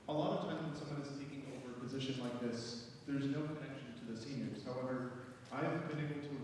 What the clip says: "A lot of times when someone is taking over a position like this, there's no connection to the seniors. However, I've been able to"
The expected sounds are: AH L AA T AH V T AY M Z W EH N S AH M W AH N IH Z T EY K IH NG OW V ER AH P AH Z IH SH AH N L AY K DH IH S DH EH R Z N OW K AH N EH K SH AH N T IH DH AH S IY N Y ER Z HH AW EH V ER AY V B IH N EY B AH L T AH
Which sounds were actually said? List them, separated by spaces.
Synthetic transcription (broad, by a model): AH L AA T AH V T AY M Z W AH N S AH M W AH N IH Z T EY K IH NG OW V ER AH P AH Z IH SH AH N L AY K DH IH S DH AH R Z N OW K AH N EH K SH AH N T IH DH AH S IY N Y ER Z HH AW EH V ER AY V B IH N EY B L T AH